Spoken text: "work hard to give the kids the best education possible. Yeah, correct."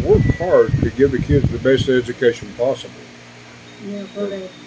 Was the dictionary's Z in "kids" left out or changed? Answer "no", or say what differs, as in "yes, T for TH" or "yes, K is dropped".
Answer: no